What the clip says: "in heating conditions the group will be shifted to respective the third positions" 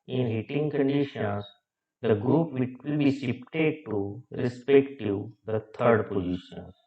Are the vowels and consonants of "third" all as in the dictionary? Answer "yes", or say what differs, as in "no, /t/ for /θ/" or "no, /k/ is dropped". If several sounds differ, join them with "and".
no, /t/ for /θ/